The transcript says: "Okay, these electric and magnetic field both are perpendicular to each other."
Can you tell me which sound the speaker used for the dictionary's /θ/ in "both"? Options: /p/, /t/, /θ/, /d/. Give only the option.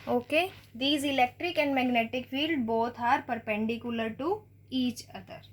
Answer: /t/